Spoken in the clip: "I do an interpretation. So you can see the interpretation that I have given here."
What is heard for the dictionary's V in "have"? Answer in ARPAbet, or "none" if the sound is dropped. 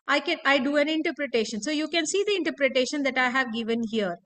V